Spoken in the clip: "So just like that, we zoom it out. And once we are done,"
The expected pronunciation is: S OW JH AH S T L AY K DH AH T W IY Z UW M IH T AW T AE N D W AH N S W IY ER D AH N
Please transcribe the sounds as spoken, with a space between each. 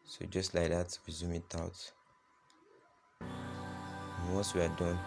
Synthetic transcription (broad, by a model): S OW JH AH S T L AY K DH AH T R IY Z UW M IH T AW T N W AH S W IY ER D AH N